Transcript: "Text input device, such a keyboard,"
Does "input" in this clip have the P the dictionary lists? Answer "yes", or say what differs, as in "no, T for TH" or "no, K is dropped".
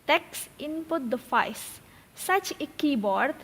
yes